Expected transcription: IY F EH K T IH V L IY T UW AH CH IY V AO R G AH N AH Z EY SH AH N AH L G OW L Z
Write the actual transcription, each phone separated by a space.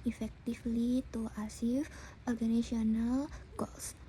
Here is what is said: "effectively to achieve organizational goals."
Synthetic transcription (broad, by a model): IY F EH K T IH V L IY T UW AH S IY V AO R G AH N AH S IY AH N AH L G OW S